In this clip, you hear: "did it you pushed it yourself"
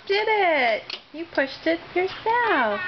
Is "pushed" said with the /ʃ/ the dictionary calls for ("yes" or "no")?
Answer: yes